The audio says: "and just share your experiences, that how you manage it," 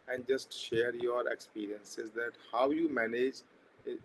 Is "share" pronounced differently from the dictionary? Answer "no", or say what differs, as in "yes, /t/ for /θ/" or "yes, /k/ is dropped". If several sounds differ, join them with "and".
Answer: no